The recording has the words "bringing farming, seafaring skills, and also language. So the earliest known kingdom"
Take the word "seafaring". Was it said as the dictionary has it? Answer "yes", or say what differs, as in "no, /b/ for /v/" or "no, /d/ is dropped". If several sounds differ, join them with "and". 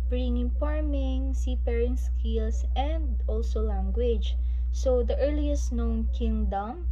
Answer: no, /p/ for /f/